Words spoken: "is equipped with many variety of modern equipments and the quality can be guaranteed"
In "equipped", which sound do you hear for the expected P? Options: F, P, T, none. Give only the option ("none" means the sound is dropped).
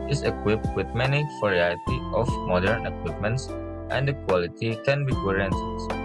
P